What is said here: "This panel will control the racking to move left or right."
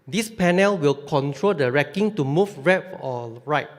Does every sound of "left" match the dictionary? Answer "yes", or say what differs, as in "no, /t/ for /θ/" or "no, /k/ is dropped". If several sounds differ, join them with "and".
no, /f/ is dropped